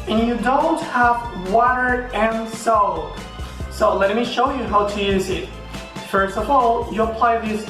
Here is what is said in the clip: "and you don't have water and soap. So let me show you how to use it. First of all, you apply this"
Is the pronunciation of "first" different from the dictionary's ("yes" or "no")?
no